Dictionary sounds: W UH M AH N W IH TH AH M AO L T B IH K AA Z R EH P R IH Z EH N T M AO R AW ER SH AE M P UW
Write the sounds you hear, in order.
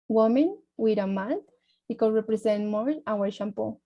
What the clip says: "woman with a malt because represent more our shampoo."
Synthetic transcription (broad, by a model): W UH M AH N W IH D AH M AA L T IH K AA R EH P R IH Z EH N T M AO R AW ER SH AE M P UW